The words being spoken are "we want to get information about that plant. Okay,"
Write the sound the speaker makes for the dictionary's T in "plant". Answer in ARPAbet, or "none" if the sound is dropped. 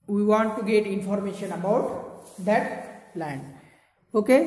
none